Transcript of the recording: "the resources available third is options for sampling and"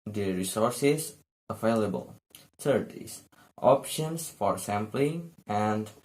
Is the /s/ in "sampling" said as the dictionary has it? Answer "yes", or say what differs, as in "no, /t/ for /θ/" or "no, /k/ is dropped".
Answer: yes